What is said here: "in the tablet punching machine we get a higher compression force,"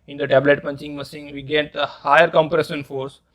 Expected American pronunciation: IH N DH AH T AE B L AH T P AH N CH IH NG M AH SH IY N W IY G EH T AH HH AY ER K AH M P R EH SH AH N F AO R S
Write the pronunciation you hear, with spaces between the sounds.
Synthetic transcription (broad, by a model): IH N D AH T AE B L AH T P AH N CH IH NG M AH S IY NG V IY G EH T AH HH AY ER K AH M P R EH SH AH N F AO R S